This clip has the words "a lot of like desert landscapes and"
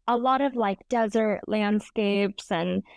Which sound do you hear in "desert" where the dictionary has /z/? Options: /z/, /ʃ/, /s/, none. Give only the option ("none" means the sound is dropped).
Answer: /z/